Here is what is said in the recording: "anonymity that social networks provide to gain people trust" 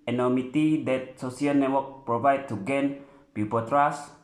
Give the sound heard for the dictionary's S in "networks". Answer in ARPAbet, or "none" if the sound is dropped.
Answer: none